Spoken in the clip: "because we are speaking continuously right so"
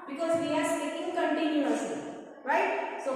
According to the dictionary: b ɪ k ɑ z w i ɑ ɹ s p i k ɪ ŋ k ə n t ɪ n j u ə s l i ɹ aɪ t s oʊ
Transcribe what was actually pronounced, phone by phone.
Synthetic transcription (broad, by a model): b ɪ k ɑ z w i ɑ ɹ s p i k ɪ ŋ k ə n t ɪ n j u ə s i ɹ aɪ t s oʊ